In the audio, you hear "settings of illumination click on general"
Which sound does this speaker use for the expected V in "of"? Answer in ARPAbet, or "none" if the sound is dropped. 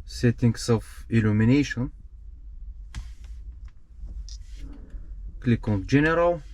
F